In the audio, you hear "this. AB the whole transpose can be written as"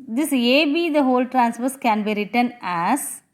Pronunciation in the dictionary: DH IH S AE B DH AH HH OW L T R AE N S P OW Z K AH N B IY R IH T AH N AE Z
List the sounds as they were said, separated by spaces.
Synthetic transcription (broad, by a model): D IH S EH B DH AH HH OW L T R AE N S F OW S K AH N B IY R IH T AH N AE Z